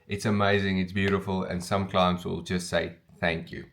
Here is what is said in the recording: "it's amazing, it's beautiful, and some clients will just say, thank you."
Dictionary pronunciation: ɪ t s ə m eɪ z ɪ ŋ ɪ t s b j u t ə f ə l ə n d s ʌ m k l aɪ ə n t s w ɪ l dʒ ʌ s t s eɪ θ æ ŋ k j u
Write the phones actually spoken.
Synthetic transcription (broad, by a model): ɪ t s ə m eɪ z ɪ ŋ ɪ t s b j u t ə f ə l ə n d s ʌ m k l aɪ ə n t s w ɪ l dʒ ʌ s t s eɪ θ æ ŋ k j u